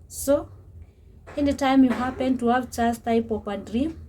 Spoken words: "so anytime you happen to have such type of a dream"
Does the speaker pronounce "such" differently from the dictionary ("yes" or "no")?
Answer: yes